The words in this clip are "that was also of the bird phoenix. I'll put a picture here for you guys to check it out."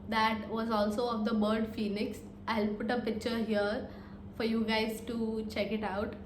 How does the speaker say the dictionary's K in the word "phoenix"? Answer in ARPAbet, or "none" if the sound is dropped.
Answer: K